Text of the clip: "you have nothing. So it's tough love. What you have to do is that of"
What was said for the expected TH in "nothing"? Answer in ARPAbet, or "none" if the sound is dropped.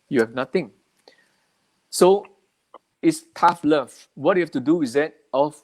T